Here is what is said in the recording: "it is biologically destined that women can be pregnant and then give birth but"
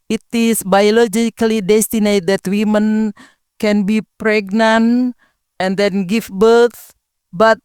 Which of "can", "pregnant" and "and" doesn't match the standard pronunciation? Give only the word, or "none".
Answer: none